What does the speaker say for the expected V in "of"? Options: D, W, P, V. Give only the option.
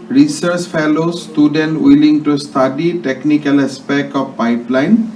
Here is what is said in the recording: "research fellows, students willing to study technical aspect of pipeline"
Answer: P